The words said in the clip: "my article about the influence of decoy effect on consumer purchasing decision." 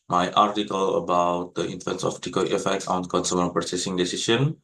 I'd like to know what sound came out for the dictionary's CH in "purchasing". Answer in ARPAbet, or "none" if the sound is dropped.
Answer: S